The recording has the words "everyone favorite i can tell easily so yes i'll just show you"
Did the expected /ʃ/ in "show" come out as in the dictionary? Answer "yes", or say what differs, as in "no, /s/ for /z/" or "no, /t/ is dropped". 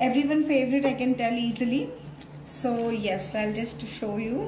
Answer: yes